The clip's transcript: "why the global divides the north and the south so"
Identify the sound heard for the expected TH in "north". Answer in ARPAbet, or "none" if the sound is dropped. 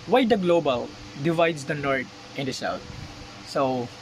T